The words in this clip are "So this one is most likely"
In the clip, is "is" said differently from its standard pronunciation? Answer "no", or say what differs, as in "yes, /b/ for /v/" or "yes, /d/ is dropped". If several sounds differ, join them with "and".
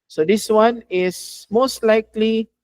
yes, /s/ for /z/